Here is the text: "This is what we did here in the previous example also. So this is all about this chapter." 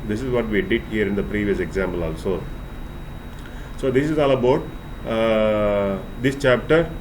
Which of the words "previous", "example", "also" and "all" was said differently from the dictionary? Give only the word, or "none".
none